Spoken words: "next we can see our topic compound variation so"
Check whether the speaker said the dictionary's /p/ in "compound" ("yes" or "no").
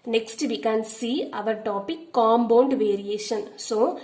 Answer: no